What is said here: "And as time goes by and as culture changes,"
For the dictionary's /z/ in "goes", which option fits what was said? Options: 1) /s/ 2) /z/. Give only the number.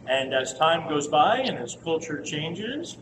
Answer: 2